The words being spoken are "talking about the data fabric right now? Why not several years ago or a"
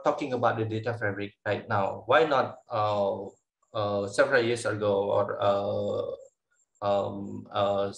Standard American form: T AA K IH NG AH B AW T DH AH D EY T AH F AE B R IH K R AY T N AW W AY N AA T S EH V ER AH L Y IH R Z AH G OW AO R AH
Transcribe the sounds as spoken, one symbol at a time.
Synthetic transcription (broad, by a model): T AA K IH NG AH B AW T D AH D EY T AH F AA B R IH K R AY T N AW W AY N AA T S EH V ER AH L Y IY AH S AH G OW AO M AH